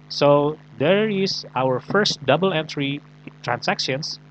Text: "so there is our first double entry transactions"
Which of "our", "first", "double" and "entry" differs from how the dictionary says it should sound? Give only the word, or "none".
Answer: none